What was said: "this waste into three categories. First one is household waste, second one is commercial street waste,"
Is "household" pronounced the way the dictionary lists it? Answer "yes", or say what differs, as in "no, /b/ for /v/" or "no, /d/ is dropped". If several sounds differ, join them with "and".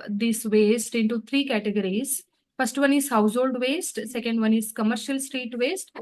yes